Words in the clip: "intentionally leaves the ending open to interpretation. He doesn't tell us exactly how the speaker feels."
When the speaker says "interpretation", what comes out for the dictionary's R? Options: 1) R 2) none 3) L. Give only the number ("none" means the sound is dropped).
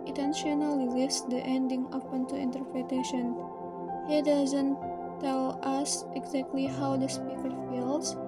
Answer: 1